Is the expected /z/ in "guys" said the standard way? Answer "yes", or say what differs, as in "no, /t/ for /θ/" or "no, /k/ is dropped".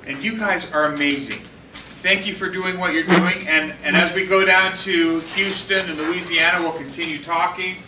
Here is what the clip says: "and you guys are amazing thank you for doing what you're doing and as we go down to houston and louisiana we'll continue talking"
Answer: yes